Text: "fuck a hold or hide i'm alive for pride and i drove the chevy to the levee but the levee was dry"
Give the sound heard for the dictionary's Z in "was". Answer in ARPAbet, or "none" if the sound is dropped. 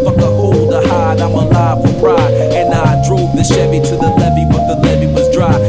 Z